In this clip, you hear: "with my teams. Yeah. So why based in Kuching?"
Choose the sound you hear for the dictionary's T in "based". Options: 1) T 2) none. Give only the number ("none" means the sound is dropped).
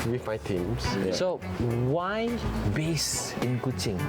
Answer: 2